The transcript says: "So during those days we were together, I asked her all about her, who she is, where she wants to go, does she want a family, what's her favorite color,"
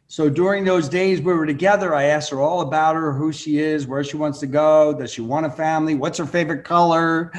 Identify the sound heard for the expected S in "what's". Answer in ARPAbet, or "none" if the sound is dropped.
S